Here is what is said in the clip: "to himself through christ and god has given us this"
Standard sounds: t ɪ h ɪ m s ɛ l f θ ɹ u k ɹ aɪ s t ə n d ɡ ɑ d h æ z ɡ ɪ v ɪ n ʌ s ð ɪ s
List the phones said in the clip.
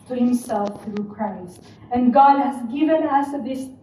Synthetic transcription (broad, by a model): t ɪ h ɪ m s ɛ l f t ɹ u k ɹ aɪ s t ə n ɡ ɑ d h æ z ɡ ɪ v ɪ n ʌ s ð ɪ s